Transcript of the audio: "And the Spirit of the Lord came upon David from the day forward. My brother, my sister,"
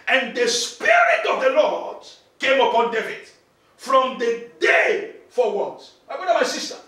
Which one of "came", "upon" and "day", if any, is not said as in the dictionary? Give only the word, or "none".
none